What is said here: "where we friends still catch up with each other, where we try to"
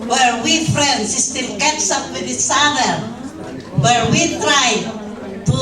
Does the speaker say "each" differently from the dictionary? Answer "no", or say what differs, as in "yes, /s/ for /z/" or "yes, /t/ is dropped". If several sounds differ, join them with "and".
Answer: yes, /s/ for /tʃ/